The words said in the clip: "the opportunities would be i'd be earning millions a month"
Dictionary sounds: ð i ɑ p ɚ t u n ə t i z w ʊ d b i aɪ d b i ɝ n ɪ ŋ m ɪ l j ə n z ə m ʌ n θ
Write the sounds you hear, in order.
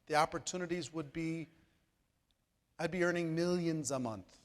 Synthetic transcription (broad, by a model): ð i ɑ p ɚ t u n ə t i z w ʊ d b i aɪ d b i ɝ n ɪ ŋ m ɪ l j ə n z ə m ʌ n θ